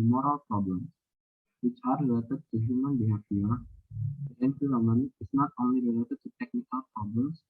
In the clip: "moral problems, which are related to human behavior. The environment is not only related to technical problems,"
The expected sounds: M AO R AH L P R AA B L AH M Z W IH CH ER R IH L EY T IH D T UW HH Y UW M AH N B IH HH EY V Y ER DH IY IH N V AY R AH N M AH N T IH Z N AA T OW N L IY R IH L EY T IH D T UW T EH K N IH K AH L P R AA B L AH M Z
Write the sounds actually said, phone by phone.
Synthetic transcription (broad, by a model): M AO R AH L P R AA B L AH M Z W IH CH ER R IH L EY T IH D T UW HH Y UW M AH N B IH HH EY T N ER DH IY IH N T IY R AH M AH N IH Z N AA T OW N L IY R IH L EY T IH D T UW T EH K N IH K AH L P R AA B L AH M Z